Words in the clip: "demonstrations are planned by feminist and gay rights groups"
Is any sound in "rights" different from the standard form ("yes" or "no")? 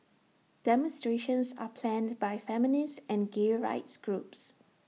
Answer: no